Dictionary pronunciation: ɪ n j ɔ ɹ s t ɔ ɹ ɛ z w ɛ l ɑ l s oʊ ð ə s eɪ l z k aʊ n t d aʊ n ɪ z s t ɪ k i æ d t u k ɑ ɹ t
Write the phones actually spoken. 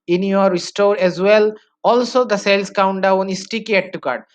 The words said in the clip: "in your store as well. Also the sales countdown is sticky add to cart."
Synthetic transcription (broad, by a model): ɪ n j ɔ ɹ s t ɔ ɹ ɛ z w ɛ l ɑ l s oʊ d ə s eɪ l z k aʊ n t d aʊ n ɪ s t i k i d t u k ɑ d